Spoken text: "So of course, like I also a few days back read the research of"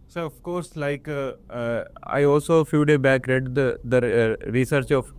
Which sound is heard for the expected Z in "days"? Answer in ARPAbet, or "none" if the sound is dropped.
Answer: none